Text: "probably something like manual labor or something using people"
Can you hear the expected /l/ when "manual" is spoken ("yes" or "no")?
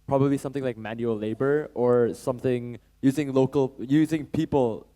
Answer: yes